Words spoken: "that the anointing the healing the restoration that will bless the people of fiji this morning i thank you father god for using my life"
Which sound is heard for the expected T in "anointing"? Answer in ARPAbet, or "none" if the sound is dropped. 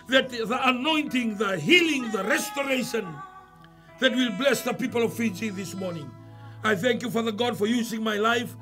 T